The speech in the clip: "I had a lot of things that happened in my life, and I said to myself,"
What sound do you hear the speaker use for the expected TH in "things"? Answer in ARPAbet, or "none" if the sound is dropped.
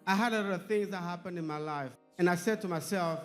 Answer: TH